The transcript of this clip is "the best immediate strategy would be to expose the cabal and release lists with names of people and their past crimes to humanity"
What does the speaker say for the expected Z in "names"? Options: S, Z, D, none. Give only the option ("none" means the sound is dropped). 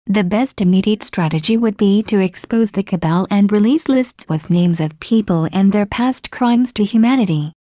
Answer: Z